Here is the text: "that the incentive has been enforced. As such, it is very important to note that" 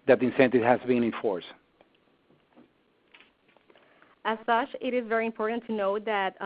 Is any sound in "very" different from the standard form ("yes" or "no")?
no